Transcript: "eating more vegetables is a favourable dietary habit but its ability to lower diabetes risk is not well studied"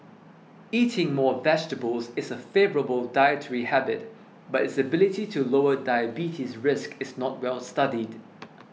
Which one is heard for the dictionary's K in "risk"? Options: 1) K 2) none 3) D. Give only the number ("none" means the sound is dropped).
1